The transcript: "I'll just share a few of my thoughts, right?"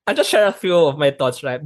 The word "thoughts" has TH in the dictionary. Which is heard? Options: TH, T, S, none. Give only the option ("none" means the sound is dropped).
T